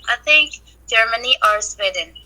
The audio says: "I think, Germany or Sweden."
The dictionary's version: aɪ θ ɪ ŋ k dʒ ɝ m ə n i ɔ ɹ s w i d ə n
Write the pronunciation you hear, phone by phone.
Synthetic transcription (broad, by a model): aɪ t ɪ ŋ k dʒ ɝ m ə n i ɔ ɹ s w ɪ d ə n